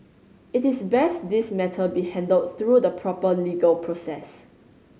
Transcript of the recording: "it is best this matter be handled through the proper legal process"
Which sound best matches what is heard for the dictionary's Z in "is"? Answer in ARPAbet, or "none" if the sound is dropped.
S